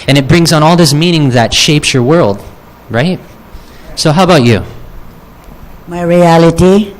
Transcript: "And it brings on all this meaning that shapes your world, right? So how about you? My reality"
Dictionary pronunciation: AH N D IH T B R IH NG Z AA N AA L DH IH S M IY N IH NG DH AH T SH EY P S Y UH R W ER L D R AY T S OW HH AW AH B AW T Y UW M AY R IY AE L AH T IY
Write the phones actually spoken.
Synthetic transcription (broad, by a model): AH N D IH T B R IH NG Z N AA L DH IH S M IY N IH NG DH AH T SH EY P S Y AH R W ER L D R AY T S OW HH AW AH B AW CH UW M AY R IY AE L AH T IY